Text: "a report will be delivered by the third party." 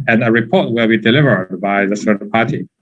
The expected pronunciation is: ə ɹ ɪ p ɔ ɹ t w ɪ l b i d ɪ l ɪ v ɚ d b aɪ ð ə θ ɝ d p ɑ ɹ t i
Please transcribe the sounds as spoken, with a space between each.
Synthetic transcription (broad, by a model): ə ɹ ɪ p ɔ ɹ t w ɪ l b i d ɪ l ɪ v ɚ d b aɪ ð ə s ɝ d p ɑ ɹ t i